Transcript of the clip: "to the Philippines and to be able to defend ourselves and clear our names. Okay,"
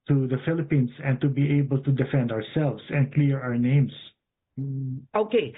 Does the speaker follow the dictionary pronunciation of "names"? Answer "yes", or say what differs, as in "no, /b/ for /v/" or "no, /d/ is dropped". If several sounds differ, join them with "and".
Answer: no, /s/ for /z/